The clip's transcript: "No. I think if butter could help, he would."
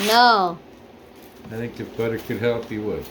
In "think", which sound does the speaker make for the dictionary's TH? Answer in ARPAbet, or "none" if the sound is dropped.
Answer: TH